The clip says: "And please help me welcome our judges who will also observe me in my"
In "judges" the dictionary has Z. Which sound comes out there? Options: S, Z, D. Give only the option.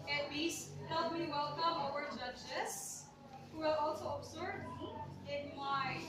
S